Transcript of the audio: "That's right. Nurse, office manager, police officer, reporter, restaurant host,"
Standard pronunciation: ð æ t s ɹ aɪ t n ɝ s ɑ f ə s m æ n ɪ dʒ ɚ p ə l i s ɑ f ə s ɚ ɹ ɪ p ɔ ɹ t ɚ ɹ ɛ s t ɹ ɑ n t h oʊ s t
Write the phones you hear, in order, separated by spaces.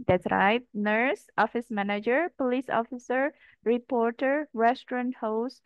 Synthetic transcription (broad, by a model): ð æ t s ɹ aɪ t n ɝ s ɑ f ə s m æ n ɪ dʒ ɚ p ə l i s ɑ f ə s ɚ ɹ ɪ p ɔ ɹ t ɚ ɹ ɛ s t ɹ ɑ n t h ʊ s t